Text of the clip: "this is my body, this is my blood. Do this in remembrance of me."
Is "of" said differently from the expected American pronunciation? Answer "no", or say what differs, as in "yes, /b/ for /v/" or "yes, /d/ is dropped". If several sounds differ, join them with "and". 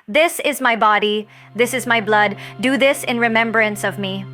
no